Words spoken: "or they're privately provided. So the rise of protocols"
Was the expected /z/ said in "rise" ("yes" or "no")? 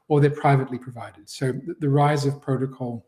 yes